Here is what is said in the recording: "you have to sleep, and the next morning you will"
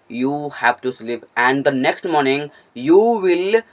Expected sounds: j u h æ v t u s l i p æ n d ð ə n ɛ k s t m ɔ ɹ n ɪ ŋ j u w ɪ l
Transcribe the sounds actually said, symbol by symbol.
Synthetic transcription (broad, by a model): j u h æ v t u s l i p æ n d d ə n ɛ k s t m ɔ ɹ n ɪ ŋ j u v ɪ l